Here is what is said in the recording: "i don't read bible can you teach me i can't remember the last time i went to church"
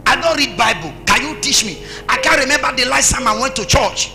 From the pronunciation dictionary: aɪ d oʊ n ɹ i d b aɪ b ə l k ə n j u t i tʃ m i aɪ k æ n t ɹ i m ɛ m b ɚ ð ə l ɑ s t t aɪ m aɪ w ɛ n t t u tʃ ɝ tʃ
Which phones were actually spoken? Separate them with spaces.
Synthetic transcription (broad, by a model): aɪ d oʊ n ɹ i d b aɪ b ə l k ə n j u t i tʃ m i aɪ k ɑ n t ɹ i m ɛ m b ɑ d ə l ɑ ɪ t s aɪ m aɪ w ɛ n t t u tʃ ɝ tʃ